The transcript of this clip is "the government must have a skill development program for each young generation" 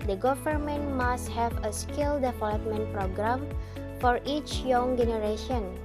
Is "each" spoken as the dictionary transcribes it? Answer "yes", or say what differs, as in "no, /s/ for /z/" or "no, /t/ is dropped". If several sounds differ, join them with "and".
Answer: yes